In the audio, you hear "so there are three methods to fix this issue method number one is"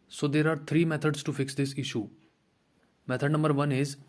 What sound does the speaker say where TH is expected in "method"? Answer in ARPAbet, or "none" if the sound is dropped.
T